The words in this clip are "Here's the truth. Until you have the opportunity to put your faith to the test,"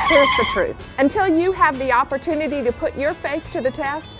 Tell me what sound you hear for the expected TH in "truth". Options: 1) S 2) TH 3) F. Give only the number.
2